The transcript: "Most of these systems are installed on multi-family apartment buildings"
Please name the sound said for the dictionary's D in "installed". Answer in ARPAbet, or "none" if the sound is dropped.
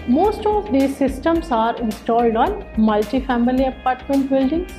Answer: D